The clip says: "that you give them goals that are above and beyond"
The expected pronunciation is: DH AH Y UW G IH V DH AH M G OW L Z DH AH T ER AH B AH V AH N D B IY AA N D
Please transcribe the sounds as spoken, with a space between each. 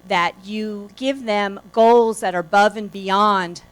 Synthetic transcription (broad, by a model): DH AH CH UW G IH V DH AH M G OW L Z DH AH T ER AH B AH V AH N B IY AA N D